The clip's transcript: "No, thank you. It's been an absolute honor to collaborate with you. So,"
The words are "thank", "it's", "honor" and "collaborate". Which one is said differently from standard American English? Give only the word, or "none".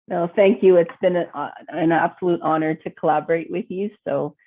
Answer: none